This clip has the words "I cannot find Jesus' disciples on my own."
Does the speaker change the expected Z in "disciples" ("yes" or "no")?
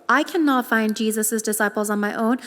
no